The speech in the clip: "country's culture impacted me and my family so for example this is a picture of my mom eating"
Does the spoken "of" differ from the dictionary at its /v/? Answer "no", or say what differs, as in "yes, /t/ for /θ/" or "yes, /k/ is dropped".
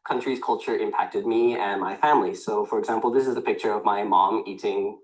no